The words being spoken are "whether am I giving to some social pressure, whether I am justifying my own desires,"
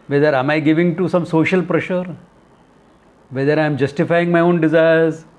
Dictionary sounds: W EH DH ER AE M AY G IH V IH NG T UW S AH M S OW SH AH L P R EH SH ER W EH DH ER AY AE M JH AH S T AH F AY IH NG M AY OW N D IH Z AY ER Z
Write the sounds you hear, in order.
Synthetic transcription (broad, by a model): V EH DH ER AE M AY G IH V IH NG T UW S AH M S OW SH AH L P R EH SH ER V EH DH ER AY M JH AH S T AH F AY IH NG M AY OW N D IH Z AY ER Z